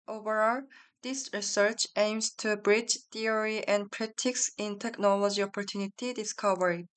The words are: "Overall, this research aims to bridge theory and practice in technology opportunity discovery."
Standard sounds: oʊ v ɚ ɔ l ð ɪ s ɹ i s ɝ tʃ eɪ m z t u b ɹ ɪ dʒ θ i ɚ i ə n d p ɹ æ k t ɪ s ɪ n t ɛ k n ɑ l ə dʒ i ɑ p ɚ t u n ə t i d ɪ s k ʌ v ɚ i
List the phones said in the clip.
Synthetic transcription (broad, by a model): oʊ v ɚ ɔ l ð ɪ s ɹ i s ɝ tʃ eɪ m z t u b ɹ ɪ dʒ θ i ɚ i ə n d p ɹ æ t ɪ s ɪ n t ɛ k n ɑ l ə dʒ i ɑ p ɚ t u n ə t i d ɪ s k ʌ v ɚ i